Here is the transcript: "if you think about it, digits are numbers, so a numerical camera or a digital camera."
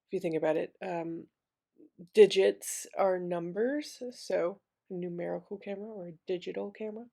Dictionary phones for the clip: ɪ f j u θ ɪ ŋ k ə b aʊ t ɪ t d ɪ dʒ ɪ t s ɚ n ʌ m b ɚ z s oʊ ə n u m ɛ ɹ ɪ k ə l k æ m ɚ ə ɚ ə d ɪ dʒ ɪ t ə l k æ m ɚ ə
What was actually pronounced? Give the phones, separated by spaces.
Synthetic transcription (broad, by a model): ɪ f j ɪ θ ɪ ŋ k ə b aʊ t ɪ t d ɪ dʒ ɪ t s ɚ n ʌ m b ɚ z s oʊ ə n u m ɛ ɹ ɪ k l k æ m ɚ ə ɚ ə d ɪ dʒ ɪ t l k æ m ɚ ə